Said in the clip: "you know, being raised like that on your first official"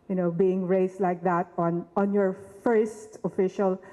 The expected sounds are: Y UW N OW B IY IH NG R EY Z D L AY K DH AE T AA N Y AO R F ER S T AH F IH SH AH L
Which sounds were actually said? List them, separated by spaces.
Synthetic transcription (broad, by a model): Y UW N OW B IY IH NG R EY S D L AY K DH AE T AA N Y AO R F ER S T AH F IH SH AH L